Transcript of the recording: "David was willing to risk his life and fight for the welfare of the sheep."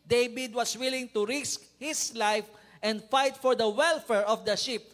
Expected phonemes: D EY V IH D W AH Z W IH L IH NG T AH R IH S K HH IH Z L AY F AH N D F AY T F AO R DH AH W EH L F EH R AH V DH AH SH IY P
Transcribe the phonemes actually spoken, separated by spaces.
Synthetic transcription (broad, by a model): D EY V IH D W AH S W IH L IH NG T AH R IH S K HH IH S L AY F AH N D F AY T F AO R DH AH W EH L F EH R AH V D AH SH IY P